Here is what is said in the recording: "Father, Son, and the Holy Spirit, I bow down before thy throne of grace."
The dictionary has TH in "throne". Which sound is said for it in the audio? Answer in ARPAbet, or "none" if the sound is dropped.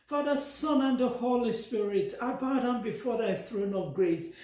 TH